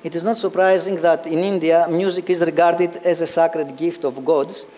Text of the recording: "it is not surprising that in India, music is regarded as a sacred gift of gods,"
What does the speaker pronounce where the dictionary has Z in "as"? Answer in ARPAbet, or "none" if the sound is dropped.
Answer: Z